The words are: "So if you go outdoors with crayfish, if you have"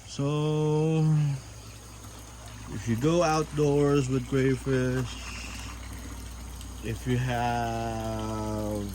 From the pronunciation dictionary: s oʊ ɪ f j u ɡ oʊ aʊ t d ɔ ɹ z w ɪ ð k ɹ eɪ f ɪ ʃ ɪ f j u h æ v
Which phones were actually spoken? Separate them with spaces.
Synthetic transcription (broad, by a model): s oʊ ɪ f j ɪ ɡ oʊ aʊ t d ɔ ɹ z w ɪ ð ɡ ɹ eɪ f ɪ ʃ ɪ f j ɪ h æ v